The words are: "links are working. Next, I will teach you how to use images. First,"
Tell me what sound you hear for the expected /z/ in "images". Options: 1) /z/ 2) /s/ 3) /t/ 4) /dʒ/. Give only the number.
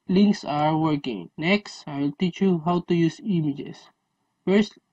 2